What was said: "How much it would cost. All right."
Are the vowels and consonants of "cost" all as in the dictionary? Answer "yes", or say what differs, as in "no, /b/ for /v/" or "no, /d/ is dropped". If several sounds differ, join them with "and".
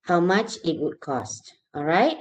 yes